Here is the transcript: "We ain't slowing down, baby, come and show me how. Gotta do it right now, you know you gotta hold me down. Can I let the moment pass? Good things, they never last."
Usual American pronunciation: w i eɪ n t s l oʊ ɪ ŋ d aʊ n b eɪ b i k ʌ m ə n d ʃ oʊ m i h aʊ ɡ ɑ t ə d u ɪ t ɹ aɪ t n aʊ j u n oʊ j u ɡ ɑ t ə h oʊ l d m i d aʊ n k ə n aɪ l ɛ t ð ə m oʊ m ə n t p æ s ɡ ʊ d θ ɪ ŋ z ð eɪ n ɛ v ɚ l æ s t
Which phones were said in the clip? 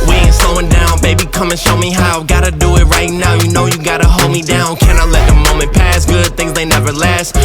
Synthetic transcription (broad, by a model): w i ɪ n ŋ s oʊ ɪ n d aʊ n b eɪ b i k ʌ m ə n ʃ oʊ m i h aʊ ɡ ɑ t ə d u ɪ t ɹ aɪ t n aʊ j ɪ n oʊ j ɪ ɡ ɑ t ə h oʊ l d m i d aʊ n k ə n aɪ l ɛ t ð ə m oʊ m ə n p æ s ɡ ʊ d θ ɪ ŋ z ð eɪ n ɛ v ɚ l æ s t